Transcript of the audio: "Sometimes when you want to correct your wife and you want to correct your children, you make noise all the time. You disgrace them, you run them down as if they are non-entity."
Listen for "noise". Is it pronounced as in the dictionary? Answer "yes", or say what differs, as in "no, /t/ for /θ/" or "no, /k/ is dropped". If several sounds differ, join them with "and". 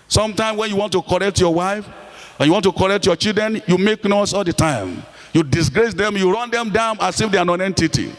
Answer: no, /s/ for /z/